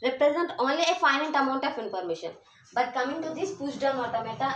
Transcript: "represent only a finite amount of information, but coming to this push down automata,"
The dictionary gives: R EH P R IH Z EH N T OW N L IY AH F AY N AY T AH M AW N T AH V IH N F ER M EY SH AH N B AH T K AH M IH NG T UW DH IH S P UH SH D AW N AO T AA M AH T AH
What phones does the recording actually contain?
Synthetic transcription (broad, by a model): R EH P R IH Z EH N T OW N L IY AH F AY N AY T AH M AW N T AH F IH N P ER M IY SH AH N B AH T K AH M IH NG T UW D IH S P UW S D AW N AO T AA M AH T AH